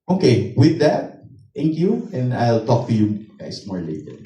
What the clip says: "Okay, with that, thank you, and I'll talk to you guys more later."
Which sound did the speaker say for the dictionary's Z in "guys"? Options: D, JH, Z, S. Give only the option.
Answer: S